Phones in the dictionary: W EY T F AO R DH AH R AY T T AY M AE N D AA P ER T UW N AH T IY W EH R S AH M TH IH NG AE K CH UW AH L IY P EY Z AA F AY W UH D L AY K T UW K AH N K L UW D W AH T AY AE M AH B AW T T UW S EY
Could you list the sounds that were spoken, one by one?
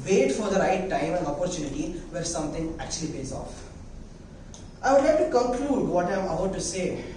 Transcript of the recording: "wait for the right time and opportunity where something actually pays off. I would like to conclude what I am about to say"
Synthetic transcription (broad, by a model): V EY T F AO R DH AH R AY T T AY M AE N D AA P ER T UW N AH T IY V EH R S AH M T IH NG AE K CH UW AH L IY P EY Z AA F AY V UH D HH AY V T UW K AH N K L UW D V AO T AY M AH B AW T T UW S EY